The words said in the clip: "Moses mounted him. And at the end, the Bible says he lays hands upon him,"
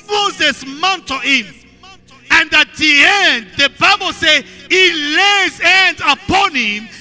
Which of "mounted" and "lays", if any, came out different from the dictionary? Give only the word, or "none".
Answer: none